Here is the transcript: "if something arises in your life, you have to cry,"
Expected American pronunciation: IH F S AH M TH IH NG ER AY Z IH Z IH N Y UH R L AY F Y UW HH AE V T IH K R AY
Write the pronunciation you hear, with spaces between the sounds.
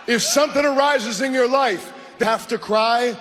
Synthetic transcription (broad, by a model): IH F S AH M TH IH NG ER AY Z IH Z IH N Y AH R L AY F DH HH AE F T IH K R AY